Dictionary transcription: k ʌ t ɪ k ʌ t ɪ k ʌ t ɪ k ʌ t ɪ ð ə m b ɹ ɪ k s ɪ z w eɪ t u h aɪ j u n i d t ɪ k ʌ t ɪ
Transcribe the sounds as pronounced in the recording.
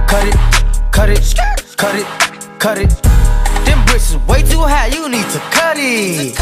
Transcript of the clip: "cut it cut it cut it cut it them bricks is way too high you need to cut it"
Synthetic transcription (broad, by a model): k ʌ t ɪ k ʌ t ɪ k ʌ t ɪ k ʌ t ɪ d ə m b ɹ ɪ s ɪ w eɪ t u h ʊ j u n i d t ɪ k ʌ t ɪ